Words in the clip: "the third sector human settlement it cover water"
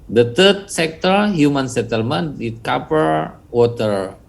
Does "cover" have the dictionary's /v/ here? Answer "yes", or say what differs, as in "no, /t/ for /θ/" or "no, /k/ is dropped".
no, /p/ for /v/